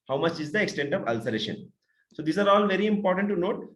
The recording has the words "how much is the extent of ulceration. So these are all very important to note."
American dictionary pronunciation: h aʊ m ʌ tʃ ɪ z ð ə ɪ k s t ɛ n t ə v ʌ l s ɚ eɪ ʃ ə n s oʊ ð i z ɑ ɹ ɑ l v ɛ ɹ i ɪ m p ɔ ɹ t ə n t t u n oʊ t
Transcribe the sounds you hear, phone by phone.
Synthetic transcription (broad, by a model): h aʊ m ʌ tʃ ɪ z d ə ɪ k s t ɛ n t ə v ʌ l s ɚ eɪ ʃ ə n s oʊ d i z ɑ ɹ ɑ l v ɛ ɹ i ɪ m p ɔ ɹ t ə n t t u n oʊ t